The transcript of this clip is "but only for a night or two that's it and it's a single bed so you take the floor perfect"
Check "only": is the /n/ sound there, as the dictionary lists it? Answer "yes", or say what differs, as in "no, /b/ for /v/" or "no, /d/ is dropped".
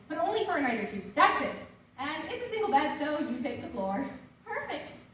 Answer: yes